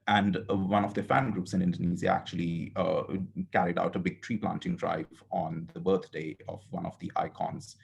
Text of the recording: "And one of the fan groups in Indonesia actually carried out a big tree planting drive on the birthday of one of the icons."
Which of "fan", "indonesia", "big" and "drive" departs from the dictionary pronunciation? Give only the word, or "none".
indonesia